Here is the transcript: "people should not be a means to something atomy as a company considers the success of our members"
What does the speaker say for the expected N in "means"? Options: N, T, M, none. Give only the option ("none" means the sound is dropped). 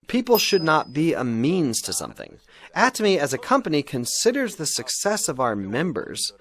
N